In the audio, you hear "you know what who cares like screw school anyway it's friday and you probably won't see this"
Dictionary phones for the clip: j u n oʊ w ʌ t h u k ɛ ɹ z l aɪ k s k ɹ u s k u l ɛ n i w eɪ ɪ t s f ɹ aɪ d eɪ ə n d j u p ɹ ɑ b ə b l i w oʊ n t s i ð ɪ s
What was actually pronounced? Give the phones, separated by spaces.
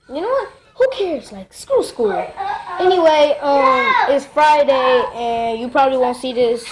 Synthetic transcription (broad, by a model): j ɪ n oʊ w ʌ t h u k ɛ ɹ z l aɪ k s k u s k u l ɛ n i w eɪ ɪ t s f ɹ aɪ d eɪ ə n j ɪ p ɹ ɑ b ə b l i w oʊ n t s i ð ɪ s